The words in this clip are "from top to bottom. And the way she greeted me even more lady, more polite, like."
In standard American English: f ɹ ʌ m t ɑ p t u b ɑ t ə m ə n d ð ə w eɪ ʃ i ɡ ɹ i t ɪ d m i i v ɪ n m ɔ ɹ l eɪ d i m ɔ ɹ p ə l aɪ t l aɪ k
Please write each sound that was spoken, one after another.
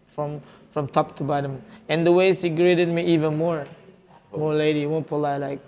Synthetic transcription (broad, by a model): f ɹ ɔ m t ɑ p t u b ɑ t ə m ə n d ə w eɪ s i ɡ ɹ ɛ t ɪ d m i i v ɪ n m ɔ ɹ l eɪ d i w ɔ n p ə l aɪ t l aɪ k